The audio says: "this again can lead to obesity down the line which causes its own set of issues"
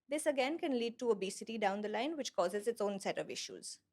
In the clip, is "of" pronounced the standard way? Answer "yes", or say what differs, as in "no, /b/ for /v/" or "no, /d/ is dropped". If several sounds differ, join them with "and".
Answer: yes